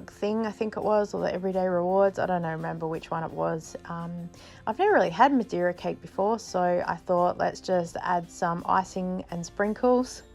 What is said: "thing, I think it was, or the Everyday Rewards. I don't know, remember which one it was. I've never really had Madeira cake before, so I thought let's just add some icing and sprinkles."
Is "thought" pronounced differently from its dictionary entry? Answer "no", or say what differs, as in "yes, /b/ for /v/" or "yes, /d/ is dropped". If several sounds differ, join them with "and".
no